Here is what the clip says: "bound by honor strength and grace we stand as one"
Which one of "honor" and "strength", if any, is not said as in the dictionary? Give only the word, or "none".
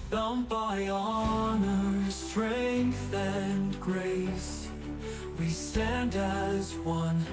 none